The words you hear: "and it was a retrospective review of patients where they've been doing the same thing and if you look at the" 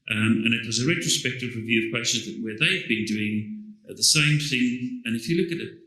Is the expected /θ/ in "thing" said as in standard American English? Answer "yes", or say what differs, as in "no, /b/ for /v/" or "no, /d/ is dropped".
yes